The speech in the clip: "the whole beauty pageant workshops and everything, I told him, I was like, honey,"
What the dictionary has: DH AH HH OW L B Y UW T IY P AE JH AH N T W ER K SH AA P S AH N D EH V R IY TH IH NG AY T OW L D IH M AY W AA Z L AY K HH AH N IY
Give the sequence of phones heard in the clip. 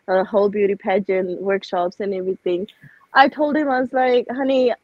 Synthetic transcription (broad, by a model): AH HH OW L B Y UW T IY P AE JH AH N W ER K SH AA P S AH N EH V R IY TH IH NG AY T OW L D IH M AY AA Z L AY K HH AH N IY